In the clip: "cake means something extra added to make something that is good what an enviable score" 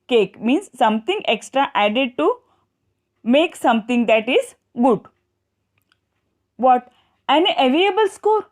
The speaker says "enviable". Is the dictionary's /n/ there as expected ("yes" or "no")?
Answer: no